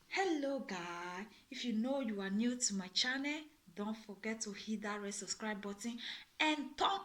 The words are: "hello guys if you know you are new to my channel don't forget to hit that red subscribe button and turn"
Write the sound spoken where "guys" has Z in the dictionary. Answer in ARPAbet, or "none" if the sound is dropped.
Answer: none